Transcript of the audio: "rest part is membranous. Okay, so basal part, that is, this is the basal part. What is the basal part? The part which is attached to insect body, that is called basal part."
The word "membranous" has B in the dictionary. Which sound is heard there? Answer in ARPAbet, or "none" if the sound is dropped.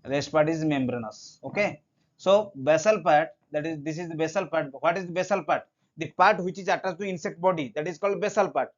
B